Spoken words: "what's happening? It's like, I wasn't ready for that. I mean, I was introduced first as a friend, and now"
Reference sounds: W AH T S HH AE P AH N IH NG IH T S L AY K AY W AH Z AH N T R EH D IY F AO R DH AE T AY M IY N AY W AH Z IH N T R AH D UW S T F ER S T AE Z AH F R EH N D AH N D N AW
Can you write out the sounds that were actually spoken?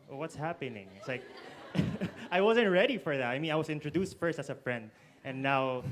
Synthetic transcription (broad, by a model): W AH T S HH AE P AH N IH NG IH T S L AY K AY W AH Z AH N T R EH D IY F AO R DH AE T AY M IY N AY W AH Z IH N T R AH D UW S T F ER S T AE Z AH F R EH N D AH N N AW